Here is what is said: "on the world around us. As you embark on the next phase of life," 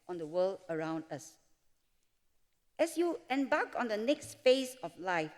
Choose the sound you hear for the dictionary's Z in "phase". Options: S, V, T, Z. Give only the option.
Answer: S